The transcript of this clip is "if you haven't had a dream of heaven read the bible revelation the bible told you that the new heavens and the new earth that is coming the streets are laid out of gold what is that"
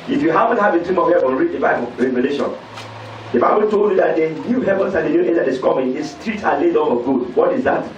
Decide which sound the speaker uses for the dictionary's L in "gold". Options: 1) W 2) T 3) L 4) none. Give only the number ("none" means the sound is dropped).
4